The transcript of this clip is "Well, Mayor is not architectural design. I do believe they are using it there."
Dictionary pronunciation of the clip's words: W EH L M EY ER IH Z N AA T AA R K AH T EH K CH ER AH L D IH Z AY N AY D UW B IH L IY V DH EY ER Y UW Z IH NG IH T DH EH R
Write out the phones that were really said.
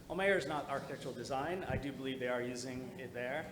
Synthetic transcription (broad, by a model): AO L M EY ER IH Z N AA T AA R K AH T EH K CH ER L D IH Z AY N AY D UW B IH L IY V DH EY ER Y UW Z IH NG IH T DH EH R